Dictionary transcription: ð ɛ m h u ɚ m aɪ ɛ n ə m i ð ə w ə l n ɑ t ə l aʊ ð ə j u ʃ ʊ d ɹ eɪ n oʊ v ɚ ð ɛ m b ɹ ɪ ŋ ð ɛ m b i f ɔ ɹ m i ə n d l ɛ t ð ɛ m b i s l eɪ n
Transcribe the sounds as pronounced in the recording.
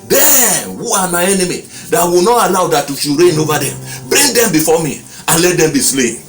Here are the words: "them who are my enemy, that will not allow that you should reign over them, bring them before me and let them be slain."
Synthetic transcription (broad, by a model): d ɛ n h u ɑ m aɪ ɛ n ə m i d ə w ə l n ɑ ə n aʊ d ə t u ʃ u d ɹ eɪ n oʊ v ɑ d ɛ m b ɹ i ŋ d ɛ m b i f ɔ m i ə n l ɛ t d ɛ m b i s l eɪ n